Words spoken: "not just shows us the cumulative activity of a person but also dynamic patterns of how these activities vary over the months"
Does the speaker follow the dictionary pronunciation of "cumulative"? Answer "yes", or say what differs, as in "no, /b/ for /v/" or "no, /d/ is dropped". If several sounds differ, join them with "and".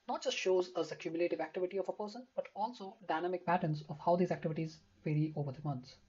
yes